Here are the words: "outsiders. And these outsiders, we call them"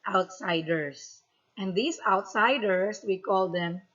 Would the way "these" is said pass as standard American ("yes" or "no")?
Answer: no